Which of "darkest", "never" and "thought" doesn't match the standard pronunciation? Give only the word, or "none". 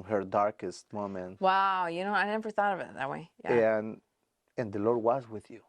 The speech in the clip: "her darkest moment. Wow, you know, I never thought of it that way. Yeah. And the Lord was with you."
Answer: none